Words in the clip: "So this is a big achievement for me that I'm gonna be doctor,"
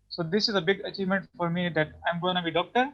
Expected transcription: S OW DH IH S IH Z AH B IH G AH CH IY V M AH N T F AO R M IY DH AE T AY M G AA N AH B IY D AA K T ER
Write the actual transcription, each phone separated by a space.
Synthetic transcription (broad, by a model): S OW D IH S IH Z AH B IH G AH CH IY V M AH N T F AO R M IY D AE T AY M G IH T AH B IY D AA K T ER